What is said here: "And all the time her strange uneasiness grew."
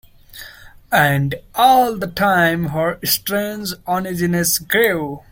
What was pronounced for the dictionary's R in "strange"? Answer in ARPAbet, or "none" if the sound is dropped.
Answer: R